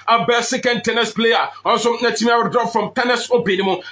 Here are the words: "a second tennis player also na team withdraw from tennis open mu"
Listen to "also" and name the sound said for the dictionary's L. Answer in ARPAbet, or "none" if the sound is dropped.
N